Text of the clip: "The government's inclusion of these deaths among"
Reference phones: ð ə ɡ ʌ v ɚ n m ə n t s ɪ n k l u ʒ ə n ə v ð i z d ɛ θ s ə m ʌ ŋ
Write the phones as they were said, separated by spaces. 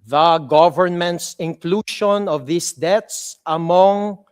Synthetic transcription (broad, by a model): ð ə ɡ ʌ v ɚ n m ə n t s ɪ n k l u ʃ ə n ə v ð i s d ɛ t s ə m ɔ ŋ